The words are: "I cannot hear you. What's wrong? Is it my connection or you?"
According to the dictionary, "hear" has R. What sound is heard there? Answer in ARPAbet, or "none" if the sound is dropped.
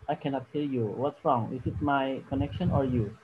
L